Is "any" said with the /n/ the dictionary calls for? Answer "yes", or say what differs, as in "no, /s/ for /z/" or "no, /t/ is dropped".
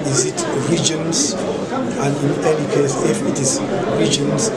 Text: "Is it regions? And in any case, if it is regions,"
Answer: no, /l/ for /n/